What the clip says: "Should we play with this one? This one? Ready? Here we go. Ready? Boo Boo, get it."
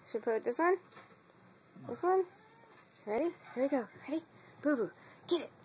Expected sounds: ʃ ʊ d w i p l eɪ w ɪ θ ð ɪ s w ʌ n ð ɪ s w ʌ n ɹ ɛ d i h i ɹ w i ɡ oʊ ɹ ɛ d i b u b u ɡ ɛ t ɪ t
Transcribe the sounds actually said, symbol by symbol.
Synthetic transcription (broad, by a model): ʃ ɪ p ɔ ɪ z ð ɪ s w ʌ n ð ɪ s w ʌ n ɹ ɛ d i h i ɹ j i ɡ oʊ ɹ ɛ d i b u b u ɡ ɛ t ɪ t